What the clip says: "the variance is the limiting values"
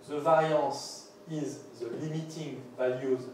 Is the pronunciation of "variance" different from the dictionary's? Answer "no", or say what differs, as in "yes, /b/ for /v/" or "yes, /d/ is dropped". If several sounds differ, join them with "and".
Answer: yes, /n/ is dropped